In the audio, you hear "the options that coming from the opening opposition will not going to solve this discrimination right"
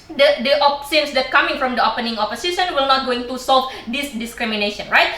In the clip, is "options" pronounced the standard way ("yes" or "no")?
no